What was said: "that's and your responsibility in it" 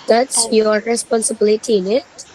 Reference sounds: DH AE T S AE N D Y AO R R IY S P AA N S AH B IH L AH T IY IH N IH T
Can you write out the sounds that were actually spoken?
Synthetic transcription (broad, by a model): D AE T S Y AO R R IY S P AA N S AH B IH L AH T IY IH N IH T